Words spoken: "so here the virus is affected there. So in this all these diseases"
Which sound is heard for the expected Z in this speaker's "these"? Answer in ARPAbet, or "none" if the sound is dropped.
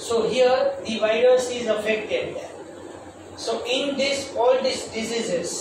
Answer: S